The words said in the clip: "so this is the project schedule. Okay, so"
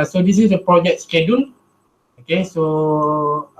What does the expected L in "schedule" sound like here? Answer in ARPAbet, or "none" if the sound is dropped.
N